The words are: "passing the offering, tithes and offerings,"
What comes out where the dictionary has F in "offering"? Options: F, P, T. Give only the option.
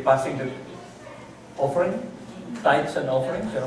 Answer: F